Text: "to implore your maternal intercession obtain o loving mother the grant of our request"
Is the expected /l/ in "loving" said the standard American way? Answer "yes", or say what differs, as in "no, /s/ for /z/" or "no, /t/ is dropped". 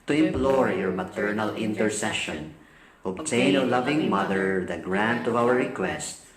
yes